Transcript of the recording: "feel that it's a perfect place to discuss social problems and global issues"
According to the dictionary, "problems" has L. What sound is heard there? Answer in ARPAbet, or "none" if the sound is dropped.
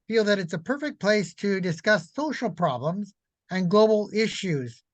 L